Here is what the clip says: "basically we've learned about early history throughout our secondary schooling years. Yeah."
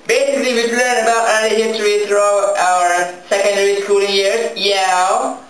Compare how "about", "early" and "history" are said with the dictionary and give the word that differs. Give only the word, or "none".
early